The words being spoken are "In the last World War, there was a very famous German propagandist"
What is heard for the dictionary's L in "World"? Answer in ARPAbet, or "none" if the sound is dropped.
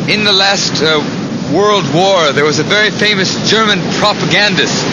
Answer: L